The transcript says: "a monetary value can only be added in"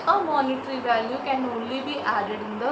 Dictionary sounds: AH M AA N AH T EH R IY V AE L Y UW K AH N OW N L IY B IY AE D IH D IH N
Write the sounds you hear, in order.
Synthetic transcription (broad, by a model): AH M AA N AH T R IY V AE L Y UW K AH N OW L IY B IY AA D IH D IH N